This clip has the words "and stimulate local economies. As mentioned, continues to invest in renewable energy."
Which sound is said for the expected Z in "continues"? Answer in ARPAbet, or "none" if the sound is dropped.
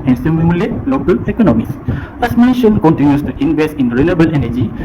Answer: S